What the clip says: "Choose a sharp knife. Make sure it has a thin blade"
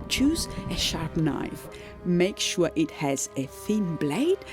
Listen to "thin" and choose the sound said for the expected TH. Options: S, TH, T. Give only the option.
TH